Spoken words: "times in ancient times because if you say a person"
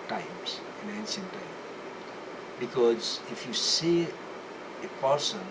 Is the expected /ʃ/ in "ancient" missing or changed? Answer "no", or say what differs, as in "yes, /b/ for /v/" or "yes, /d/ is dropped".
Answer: yes, /s/ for /ʃ/